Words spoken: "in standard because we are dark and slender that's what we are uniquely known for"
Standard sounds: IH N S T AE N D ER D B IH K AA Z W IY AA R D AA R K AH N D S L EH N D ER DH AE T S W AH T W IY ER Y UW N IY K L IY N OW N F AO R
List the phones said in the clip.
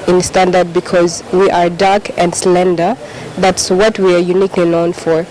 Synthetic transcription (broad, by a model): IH N S T AE N D ER D B IH K AA Z W IY AA R D AA R K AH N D S L EH N D ER DH AE T S W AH T W IY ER Y UW N IY K L IY N OW N F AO R